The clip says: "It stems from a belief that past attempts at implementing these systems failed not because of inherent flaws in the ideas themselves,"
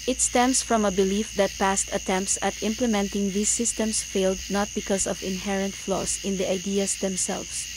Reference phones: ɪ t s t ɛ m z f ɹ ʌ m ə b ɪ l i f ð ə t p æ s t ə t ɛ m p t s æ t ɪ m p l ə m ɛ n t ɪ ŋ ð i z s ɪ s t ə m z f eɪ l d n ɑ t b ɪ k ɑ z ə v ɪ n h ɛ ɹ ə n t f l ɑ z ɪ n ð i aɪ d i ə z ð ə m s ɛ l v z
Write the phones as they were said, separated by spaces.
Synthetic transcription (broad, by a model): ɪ t s t ɛ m s f ɹ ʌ m ə b ɪ l i f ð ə t p æ s t ə t ɛ m p t s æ t ɪ m p l ə m ɛ n t ɪ ŋ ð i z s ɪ s t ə m s f eɪ l d n ɑ t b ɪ k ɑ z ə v ɪ n h ɛ ɹ ə n t f l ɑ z ɪ n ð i aɪ d i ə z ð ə m s ɛ l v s